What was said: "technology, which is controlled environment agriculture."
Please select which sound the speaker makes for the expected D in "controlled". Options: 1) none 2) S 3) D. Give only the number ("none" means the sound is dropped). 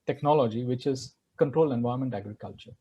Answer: 1